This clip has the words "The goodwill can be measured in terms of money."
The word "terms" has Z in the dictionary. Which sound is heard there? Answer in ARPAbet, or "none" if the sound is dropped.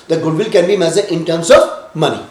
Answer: S